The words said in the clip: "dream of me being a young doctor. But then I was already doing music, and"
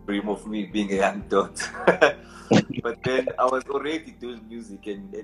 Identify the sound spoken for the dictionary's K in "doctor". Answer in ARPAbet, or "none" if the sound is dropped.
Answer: none